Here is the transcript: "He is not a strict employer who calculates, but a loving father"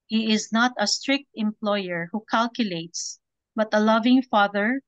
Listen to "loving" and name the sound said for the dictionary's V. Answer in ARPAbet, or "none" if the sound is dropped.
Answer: V